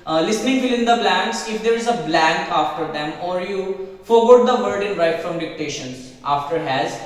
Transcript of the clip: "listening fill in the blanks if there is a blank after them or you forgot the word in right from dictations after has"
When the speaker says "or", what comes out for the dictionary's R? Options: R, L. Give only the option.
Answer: R